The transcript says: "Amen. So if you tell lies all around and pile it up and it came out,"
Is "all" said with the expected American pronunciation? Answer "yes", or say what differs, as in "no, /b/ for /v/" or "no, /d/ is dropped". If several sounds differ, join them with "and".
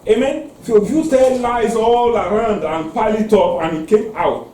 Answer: yes